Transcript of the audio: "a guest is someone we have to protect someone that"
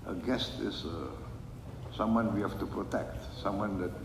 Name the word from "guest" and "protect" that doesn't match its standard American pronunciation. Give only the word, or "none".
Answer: none